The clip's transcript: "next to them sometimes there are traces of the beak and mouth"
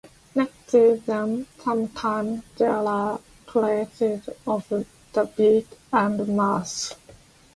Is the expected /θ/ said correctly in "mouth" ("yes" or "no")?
no